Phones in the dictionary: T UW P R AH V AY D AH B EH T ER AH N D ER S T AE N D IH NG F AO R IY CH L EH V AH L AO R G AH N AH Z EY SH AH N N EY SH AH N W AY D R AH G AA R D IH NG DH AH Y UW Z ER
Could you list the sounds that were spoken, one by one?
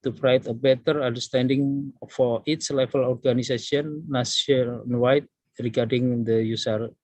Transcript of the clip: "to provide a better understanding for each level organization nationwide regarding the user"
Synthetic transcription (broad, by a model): T UW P R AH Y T AH B EH T ER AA N D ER S T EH N D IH NG F AO R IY S L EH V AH L AO R G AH N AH S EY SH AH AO N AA S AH N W AY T R AH G AA R D IH NG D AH Y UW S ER